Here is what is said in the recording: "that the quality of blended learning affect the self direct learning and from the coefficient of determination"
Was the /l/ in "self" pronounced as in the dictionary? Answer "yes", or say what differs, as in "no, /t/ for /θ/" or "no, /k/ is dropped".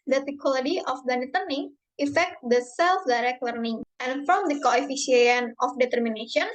yes